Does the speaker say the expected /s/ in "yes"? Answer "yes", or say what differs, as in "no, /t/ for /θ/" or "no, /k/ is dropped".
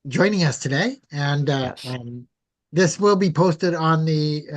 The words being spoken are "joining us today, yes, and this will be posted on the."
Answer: no, /s/ is dropped